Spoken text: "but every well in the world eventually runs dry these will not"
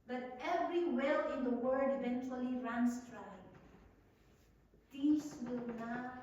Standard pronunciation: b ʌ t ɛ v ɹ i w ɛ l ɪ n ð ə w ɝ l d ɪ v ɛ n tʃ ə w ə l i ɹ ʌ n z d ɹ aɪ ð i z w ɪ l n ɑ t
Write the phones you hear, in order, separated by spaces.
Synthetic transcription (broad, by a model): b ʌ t ɛ v ɹ i w ɛ l ɪ n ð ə w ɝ d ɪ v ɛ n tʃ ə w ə l i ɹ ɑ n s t ɹ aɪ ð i s w ɪ l n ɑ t